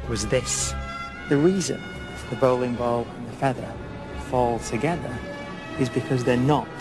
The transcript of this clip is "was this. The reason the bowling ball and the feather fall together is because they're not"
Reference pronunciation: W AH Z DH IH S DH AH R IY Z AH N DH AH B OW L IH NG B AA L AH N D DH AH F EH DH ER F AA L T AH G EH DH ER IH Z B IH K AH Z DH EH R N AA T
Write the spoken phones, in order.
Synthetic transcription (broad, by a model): W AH Z DH IH S DH AH R IY Z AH N DH AH B OW L IH NG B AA L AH N DH AH F EH DH ER F AA L T AH G EH DH ER IH Z B IH K AH Z DH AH R N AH T